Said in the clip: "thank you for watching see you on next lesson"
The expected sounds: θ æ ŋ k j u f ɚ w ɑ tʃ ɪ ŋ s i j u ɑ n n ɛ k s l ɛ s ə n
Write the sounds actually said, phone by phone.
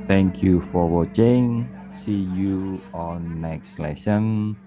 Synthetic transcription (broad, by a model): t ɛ ŋ k j u f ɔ w ɑ tʃ ɪ ŋ s i j u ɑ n n ɛ k s l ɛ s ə n